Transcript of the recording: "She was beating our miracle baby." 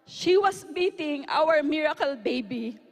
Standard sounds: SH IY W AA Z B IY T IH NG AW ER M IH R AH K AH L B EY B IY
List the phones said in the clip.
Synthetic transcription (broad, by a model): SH IY W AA S B IY T IH NG AW ER M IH R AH K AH L B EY B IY